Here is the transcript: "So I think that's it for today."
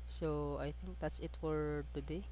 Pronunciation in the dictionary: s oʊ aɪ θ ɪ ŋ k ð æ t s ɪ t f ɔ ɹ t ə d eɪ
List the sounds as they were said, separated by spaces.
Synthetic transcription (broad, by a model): s oʊ aɪ t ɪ ŋ k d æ t s ɪ t f ɔ ɹ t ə d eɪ